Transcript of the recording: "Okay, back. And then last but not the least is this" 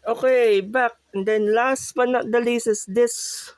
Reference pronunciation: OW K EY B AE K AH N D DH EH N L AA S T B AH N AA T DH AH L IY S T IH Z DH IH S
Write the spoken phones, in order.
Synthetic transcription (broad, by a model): OW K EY B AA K AH N D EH N L AA S T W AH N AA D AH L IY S IH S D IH S